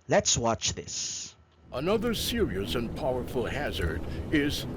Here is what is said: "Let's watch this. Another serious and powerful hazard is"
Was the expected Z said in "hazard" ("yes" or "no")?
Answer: yes